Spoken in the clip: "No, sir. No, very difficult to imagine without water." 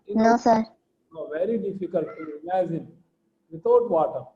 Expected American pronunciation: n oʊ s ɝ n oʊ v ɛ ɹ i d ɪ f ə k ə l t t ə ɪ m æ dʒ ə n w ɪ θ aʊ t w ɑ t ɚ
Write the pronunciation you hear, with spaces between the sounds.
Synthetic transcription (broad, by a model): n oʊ s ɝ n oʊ v ɛ ɹ i d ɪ f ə k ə l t t ə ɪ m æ z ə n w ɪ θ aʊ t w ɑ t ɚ